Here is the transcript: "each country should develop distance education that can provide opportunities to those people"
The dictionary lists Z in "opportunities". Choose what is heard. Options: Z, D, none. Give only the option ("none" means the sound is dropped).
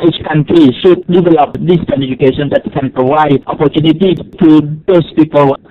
none